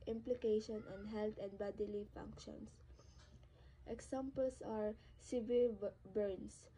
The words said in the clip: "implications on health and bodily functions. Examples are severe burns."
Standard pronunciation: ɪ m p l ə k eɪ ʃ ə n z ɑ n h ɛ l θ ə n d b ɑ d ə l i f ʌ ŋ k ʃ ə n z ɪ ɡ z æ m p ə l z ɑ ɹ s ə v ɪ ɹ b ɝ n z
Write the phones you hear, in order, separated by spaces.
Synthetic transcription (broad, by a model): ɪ m p l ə k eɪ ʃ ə n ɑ n h ɛ l t ə n d b ɑ d ə l i f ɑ ŋ k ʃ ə n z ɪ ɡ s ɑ m p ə l s ɑ ɹ s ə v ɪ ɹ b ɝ n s